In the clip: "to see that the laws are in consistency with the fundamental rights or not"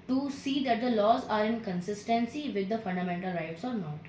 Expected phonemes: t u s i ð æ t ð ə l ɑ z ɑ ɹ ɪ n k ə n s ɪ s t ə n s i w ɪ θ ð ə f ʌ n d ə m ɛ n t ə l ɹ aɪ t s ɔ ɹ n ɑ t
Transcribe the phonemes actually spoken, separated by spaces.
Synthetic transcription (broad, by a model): t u s i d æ t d ə l ɑ z ɑ ɹ ɪ n k ə n s ɪ s t ə n s i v ɪ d ə f ʌ n d ə m ɛ n t ə l ɹ aɪ t s ɔ ɹ n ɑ t